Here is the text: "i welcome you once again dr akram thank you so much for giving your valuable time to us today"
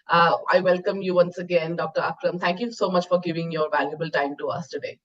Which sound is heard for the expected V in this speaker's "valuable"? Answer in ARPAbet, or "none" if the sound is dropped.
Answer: V